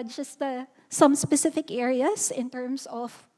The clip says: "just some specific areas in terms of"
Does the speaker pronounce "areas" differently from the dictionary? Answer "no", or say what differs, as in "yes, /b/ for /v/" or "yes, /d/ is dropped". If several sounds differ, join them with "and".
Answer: yes, /s/ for /z/